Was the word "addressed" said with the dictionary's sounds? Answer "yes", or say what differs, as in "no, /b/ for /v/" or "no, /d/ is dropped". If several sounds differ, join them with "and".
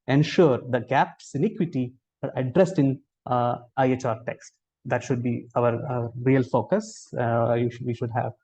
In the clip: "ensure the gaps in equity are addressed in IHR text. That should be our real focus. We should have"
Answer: yes